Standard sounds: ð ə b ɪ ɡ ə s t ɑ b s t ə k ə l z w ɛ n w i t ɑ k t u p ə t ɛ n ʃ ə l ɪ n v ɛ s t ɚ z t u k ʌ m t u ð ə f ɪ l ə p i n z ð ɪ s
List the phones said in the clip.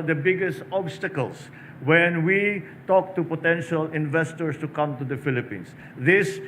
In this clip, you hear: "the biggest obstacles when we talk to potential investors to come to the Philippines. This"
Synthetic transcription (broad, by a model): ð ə b ɪ ɡ ə s t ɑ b s t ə k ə l s w ɛ n w i t ɑ k t u p ə t ɛ n ʃ ə l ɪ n v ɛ s t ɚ s t u k ʌ m t u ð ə f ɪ l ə p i n s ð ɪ s